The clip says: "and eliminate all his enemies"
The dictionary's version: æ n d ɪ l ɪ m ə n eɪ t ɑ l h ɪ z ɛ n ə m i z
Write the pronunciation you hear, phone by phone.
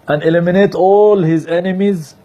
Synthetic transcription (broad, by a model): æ n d ɪ l ɪ m ə n eɪ t ɑ l h ɪ z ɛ n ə m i z